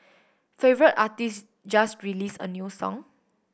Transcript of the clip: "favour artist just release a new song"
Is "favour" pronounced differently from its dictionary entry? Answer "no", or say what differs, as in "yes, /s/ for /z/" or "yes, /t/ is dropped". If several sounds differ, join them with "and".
no